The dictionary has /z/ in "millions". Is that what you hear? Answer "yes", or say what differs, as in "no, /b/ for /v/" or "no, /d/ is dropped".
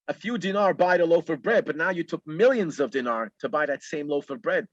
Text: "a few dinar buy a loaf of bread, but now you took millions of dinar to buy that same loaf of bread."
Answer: yes